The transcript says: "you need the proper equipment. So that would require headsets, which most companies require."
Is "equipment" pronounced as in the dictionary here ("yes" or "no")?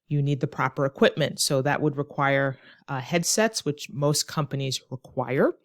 yes